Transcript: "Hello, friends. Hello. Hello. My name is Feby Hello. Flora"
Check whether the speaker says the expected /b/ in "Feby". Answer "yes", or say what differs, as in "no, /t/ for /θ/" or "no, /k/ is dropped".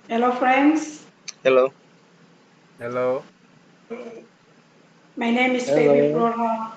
no, /b/ is dropped